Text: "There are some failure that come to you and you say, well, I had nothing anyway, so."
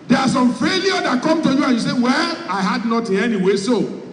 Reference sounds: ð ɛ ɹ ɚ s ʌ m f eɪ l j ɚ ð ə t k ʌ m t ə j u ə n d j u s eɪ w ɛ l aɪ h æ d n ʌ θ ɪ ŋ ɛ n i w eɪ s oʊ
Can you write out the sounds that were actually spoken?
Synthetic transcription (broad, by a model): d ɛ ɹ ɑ s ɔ m f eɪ l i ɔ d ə t k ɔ m t ə j u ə n j u s eɪ w ɛ l aɪ h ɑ d n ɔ t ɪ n ɛ n i w eɪ s oʊ